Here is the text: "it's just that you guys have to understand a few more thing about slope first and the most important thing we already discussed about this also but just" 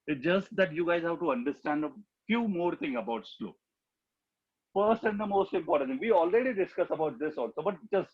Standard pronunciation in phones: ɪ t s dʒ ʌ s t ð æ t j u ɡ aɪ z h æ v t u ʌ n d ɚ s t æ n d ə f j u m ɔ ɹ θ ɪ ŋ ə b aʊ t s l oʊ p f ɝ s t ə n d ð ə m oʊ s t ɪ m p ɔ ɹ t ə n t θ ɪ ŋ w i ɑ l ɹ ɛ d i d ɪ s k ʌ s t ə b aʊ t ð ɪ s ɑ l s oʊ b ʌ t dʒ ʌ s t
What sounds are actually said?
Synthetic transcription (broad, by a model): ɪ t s dʒ ʌ s t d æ t j u ɡ aɪ z h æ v t u ʌ n d ɚ s t æ n d ə f j u m ɔ ɹ t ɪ ŋ ə b aʊ t s l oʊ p f ɝ s t ə n d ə m oʊ s t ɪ m p ɔ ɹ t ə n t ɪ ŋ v i ɑ l ɹ ɛ d i d ɪ s k ʌ s ə b aʊ t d ɪ s ɑ l s oʊ b ʌ t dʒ ʌ s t